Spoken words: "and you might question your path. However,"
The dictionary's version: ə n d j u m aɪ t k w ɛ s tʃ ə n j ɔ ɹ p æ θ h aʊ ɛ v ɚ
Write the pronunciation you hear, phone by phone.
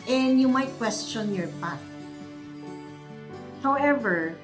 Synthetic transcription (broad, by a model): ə n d j u m aɪ t k w ɛ s tʃ ə n j ɔ ɹ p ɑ t h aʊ ɛ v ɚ